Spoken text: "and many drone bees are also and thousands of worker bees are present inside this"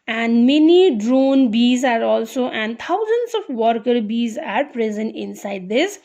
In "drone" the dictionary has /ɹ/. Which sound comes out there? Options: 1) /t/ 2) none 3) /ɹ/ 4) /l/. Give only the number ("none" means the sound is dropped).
3